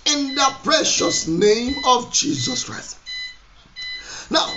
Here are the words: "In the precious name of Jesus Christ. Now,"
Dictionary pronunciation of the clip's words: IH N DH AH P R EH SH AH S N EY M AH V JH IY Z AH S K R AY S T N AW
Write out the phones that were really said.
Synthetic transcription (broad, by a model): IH N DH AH P R EH SH AH S N EY M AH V JH IY Z AH S K R AY S T N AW